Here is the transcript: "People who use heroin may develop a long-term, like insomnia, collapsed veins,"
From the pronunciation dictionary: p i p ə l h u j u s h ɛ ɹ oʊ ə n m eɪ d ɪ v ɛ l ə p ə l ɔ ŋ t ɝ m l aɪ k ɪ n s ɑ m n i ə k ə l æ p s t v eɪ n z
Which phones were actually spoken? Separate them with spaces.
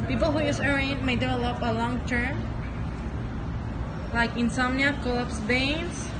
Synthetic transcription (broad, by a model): p i p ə l h u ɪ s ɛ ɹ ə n m eɪ d ɪ v ɛ l ə p ə l ɔ ŋ t ɝ m l aɪ k ɪ n s ɑ m n i ə k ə l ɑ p s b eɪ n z